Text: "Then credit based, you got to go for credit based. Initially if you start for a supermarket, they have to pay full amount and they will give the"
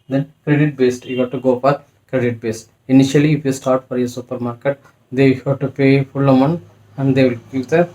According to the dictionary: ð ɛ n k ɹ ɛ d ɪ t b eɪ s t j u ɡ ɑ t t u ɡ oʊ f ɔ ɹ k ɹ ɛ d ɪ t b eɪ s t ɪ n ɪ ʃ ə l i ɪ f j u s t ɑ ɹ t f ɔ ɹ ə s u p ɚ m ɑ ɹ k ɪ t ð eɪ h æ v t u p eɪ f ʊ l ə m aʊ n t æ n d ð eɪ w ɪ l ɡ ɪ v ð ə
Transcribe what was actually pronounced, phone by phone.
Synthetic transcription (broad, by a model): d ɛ n k ɹ ɛ d ɪ t b eɪ s t j u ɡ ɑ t t u ɡ oʊ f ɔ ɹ k ɹ ɛ d ɪ t b eɪ s t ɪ n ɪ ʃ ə l i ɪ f j u s t ɑ ɹ t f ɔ ɹ ə s u p ɚ m ɑ ɹ k ɪ t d eɪ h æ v t u p eɪ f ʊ l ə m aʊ n æ n d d eɪ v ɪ l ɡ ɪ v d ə